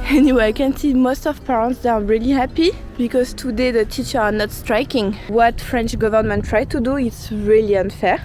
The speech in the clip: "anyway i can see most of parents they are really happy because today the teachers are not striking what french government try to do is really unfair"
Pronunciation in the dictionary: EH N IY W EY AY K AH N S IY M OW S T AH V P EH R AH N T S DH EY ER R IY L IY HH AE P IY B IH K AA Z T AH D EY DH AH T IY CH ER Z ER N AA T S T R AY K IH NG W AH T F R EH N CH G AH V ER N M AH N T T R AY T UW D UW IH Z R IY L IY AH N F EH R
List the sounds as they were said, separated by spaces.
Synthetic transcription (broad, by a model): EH N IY W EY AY K AH N S IY M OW S T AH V P EH R AH N T S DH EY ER R IY L IY HH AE P IY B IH K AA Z T AH D EY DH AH T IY CH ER ER N AA T S T R AY K IH NG W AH T F R EH N CH G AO V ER N M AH N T T R AY T UW D UW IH S R IY L IY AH N F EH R